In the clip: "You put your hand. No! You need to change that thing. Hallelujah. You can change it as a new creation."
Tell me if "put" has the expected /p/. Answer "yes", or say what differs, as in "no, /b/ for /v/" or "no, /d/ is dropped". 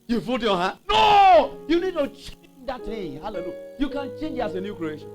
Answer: no, /f/ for /p/